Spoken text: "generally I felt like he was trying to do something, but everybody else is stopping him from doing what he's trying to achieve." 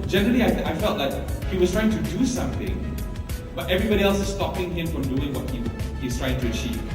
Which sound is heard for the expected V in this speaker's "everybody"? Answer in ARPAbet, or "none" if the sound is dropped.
V